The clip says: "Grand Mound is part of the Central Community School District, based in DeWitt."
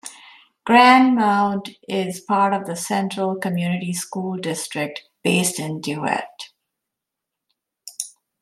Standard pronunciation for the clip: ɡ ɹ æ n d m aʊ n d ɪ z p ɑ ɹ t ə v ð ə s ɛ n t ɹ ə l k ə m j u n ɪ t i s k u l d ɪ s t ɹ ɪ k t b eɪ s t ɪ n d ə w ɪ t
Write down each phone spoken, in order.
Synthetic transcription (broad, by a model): ɡ ɹ æ n d m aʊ n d ɪ z p ɑ ɹ t ə v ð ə s ɛ n t ɹ ə l k ə m j u n ɪ t i s k u l d ɪ s t ɹ ɪ k t b eɪ s t ɪ n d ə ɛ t